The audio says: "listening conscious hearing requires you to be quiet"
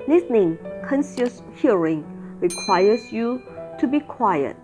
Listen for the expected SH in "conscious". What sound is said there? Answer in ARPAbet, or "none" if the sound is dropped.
S